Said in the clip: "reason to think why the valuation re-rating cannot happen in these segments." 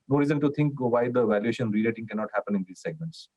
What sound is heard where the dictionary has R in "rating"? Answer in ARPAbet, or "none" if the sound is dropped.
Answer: L